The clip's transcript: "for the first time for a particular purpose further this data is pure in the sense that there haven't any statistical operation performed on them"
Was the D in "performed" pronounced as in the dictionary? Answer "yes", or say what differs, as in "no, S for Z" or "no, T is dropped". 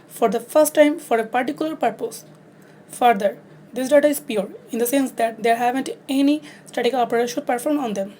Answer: no, D is dropped